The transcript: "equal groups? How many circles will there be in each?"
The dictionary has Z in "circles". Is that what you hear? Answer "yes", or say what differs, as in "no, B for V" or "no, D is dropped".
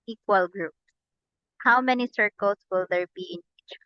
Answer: no, S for Z